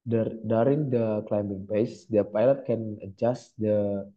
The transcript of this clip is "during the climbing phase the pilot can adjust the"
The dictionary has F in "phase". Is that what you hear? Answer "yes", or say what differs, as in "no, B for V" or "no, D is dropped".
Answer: no, P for F